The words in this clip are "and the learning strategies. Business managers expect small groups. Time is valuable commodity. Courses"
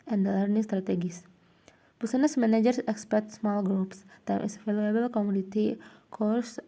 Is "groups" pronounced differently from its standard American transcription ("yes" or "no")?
no